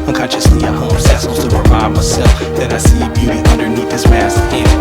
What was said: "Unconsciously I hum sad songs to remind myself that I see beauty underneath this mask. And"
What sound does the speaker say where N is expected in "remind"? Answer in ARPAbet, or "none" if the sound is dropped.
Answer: none